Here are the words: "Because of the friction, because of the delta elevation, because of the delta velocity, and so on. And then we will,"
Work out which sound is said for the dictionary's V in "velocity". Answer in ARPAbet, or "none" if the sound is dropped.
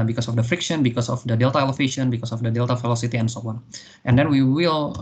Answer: F